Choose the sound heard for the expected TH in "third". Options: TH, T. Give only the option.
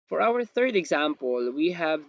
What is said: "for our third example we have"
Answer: TH